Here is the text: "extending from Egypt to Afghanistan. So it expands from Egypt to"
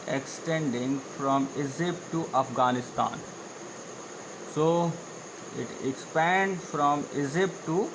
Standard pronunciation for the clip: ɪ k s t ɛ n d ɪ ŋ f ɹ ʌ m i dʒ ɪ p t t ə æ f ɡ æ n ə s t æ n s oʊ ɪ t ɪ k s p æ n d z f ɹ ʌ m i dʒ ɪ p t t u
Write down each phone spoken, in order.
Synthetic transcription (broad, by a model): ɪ k s t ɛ n d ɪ ŋ f ɹ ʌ m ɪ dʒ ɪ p t t ə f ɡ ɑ n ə s t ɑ n s oʊ ɪ t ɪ k s p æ n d f ɹ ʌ m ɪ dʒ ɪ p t t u